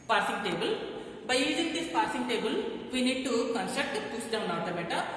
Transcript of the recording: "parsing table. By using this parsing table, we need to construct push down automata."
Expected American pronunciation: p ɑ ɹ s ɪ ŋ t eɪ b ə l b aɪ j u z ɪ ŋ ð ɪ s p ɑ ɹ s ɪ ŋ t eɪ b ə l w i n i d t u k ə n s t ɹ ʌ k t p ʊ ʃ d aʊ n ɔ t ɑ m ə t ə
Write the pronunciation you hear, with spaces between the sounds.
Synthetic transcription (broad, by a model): p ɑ ɹ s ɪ ŋ t eɪ b ə l b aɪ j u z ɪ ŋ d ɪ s p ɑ ɹ s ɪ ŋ t eɪ b ə l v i n i d t u k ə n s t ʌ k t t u s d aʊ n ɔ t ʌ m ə t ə